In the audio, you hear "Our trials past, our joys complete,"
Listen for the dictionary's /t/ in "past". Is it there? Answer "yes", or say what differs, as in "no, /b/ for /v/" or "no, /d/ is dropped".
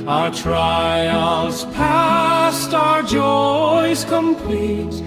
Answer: yes